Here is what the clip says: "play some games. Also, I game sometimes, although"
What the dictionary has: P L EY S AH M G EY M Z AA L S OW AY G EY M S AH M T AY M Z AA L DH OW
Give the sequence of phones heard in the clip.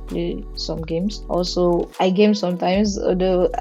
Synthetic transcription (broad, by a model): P L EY S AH M G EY M S AA L S OW AY G EY M S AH M T AY M S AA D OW